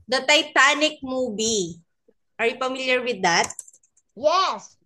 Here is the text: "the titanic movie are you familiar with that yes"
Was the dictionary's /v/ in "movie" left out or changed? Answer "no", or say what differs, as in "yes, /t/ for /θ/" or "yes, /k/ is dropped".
yes, /b/ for /v/